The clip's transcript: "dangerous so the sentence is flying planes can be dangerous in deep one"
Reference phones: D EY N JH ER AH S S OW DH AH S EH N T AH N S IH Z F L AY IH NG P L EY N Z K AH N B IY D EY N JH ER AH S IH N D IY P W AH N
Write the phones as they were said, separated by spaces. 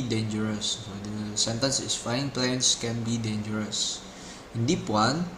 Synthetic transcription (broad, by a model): D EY N JH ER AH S S OW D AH S EH N T AH N S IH S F AY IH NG P L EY N S K AH N B IY D EY N JH ER AH S IH N D IY P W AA N